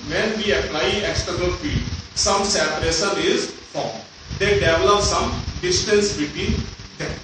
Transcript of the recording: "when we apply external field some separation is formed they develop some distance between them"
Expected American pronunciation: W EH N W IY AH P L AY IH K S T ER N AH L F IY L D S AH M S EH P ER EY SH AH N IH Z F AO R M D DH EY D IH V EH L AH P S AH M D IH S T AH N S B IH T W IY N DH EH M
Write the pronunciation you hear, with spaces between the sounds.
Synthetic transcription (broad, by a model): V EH N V IY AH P L AY IH K S T ER N AH L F IY D S AH M S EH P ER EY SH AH N IH Z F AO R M D EY D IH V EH L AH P S AH M D IH S T AH N S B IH T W IY N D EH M